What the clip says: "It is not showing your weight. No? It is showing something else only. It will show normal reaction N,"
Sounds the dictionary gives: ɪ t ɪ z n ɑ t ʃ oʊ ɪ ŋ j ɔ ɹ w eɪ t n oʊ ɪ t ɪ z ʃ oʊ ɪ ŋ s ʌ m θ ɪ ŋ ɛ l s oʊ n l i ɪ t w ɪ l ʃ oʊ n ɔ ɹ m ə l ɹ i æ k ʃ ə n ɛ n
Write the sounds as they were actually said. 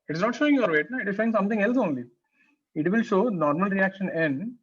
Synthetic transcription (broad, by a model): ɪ t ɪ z n ɑ t ʃ oʊ ɪ ŋ j ɔ ɹ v eɪ t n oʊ ɪ t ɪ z ʃ oʊ ɪ ŋ s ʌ m t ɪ ŋ ɛ l s oʊ n l i ɪ t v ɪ l ʃ oʊ n ɔ ɹ m ə l ɹ i æ k ʃ ə n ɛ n